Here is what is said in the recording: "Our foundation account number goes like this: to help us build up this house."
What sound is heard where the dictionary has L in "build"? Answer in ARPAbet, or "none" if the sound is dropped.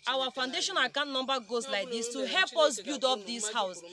none